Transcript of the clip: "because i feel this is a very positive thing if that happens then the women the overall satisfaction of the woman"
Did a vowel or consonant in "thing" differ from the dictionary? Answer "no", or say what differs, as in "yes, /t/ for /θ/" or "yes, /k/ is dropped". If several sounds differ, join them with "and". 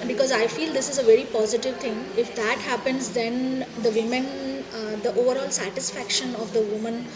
yes, /t/ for /θ/